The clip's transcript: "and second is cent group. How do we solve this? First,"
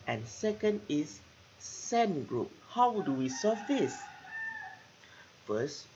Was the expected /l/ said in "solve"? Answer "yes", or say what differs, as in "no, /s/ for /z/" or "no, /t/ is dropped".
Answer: no, /l/ is dropped